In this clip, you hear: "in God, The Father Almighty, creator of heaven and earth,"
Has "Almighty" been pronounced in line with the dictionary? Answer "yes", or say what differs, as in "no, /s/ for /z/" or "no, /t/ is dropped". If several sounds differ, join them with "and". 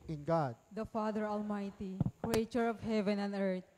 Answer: yes